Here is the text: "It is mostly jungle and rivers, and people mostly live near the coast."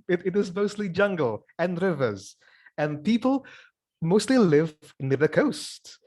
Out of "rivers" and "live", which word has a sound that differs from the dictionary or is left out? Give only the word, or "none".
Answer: none